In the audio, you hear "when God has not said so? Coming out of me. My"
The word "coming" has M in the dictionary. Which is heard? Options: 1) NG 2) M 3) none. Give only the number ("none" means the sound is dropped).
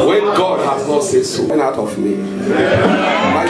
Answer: 3